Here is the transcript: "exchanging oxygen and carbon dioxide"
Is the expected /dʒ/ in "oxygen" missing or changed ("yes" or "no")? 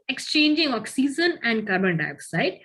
yes